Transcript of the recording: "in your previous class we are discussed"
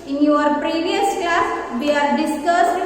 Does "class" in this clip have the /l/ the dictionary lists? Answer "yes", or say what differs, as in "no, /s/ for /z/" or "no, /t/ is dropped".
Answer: no, /l/ is dropped